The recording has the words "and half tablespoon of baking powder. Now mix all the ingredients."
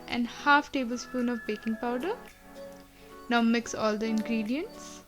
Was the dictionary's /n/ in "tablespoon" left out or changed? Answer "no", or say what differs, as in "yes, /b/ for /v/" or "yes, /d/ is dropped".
no